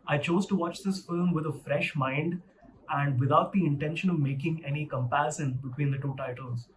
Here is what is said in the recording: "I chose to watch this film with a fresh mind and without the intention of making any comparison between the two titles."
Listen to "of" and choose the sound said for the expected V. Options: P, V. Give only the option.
V